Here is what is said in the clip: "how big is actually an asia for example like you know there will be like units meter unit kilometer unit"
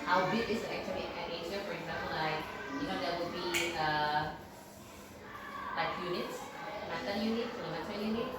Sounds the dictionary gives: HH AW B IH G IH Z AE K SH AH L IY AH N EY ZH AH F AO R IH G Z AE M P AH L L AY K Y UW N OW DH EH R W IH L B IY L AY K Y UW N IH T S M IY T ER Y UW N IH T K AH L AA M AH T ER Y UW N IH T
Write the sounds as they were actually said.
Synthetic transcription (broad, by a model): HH AW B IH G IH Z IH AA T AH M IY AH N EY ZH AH F AO R IH G Z AE M P AH L L AY K Y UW N OW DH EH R W IH L B IY L AY K Y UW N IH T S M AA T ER Y UW N IH T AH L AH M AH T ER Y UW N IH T